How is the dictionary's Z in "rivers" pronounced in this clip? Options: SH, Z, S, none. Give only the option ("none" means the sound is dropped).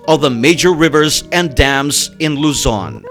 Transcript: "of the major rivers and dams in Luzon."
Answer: Z